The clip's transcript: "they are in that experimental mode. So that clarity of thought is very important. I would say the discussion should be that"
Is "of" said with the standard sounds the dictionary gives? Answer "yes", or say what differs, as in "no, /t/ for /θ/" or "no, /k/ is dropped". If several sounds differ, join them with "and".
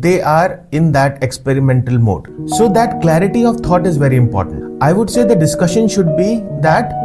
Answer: yes